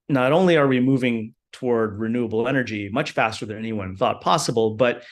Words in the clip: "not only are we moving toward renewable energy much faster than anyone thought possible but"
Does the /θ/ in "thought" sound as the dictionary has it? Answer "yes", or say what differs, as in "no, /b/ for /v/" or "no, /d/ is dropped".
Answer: yes